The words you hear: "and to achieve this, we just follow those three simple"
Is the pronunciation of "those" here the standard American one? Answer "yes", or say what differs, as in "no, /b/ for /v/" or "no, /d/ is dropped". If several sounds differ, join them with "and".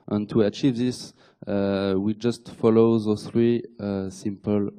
no, /z/ is dropped